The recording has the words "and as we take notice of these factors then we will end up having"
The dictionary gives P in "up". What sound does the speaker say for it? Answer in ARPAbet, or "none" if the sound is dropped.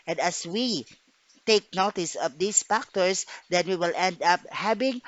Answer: P